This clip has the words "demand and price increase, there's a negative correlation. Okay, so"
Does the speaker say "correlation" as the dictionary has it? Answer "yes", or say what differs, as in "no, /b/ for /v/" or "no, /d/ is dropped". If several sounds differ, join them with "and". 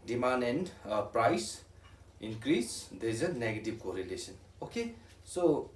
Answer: no, /s/ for /ʃ/